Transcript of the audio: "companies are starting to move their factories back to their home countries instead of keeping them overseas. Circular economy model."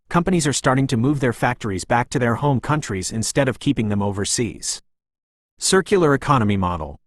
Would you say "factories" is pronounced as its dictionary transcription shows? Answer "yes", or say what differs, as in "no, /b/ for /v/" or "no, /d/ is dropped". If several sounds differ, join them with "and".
yes